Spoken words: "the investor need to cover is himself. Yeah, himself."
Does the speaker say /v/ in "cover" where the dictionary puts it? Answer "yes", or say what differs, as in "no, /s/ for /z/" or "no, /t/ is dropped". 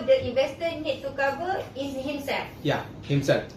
no, /b/ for /v/